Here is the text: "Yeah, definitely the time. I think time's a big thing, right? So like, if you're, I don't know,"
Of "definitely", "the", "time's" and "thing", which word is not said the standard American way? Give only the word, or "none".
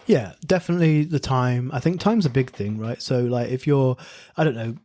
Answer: none